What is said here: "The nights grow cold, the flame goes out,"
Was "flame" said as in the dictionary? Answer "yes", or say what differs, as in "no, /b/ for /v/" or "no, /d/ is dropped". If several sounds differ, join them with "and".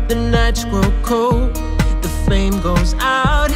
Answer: no, /l/ is dropped